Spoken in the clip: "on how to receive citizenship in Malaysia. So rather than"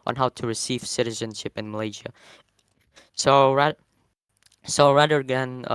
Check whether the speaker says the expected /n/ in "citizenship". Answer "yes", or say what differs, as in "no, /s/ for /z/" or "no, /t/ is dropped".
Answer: yes